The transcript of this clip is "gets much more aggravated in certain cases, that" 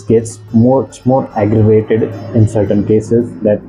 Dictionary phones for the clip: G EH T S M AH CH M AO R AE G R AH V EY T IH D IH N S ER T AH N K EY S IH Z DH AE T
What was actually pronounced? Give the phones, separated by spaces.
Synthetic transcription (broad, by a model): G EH T S M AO S M AO R AE G R AH V EY T IH D IH N S ER T AH N K EY S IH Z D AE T